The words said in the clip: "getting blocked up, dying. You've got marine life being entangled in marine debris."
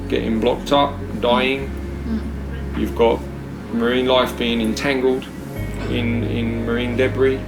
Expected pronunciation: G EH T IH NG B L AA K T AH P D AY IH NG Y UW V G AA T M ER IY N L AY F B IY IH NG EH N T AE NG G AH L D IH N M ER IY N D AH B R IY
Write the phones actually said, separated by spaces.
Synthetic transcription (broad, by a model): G EH T IH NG B L AA K T AH P D AY IH NG Y UW V G AA T M ER IY N L AY F B IY IH NG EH N T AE NG G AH L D IH N M ER IY N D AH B R IY